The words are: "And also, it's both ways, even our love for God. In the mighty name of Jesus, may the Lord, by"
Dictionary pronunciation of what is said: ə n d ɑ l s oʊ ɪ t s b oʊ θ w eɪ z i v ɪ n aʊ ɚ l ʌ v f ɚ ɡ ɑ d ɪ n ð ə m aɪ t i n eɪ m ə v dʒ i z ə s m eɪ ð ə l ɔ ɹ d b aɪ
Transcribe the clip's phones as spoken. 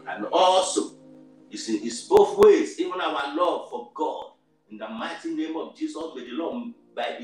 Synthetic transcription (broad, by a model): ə n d ɑ l s oʊ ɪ s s b oʊ θ w eɪ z i v ɪ n aʊ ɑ l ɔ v f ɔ ɡ ɑ d ɪ n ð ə m aɪ t i n eɪ m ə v dʒ i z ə s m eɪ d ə l ɔ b aɪ